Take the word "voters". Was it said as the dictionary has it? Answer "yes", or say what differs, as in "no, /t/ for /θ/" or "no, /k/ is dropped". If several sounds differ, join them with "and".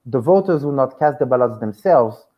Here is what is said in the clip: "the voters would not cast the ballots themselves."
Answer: yes